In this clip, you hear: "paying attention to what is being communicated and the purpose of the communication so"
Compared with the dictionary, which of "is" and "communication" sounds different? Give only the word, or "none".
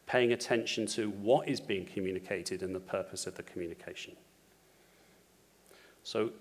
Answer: none